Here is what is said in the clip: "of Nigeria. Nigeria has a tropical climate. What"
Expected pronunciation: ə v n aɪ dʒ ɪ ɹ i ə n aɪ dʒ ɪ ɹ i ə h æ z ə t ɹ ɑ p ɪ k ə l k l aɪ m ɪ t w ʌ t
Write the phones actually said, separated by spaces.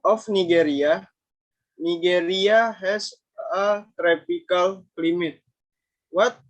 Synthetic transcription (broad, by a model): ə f n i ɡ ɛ ɹ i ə n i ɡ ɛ ɹ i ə h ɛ s ə t ɹ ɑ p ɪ k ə l k l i m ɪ t w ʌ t